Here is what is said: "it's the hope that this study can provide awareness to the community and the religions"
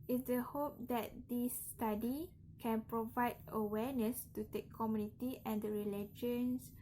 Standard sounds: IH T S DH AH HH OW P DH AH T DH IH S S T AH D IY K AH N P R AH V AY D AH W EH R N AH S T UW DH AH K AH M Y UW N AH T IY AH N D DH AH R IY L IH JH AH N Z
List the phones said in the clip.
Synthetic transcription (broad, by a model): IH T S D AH HH OW P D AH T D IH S S T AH D IY K AH N P R AH V AY D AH W EH N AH S T UW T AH K AH M Y UW N AH T IY AH N D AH R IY L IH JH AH N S